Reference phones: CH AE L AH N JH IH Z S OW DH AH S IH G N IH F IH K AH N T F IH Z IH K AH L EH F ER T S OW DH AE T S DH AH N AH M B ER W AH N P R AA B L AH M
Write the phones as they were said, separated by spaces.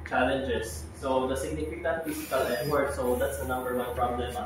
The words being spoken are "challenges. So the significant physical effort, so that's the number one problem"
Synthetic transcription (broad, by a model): CH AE L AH N JH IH S OW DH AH S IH G N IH F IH K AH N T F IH S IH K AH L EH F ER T S OW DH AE T S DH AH N AH M B ER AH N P R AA B L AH M